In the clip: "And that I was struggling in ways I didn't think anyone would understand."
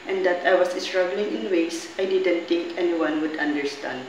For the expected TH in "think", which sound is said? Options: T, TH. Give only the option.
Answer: T